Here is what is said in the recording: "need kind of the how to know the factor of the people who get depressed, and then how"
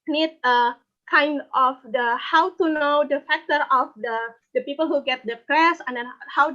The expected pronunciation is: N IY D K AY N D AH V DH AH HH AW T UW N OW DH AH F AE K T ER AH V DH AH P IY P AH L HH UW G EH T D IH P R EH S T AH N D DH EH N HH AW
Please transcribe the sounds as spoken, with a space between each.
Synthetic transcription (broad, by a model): N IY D K AY N D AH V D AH HH AW T UW N OW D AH F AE K T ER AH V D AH P IY P AH L HH UW G EH T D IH P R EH S AH N D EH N HH AW